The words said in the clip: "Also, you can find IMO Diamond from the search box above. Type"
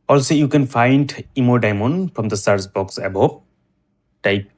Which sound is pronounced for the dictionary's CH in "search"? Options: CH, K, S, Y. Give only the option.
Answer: S